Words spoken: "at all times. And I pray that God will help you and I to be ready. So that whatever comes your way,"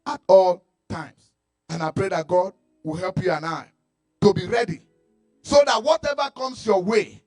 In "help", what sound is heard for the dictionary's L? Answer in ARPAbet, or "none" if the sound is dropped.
L